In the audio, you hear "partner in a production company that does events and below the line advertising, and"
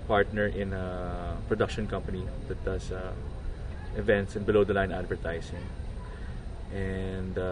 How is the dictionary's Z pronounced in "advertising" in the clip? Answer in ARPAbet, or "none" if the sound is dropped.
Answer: S